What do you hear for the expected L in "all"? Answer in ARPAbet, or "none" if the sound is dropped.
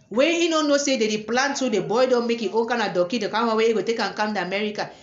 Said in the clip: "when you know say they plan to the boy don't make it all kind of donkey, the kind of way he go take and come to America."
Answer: N